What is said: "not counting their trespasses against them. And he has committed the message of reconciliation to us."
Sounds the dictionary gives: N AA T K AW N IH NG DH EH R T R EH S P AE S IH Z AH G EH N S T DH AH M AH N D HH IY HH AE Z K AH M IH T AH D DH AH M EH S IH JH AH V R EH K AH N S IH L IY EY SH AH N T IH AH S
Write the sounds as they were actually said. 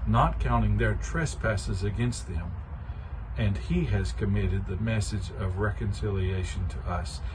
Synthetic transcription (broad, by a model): N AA T K AW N IH NG DH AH R T R EH S P AE S IH Z AH G EH N S T DH AH M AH N IY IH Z K AH M IH T AH D DH AH M EH S IH JH AH V R EH K AH N S IH L IY EY SH AH N T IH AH S